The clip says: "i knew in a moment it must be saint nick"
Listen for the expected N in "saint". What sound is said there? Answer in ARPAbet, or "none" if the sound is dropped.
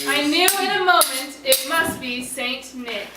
N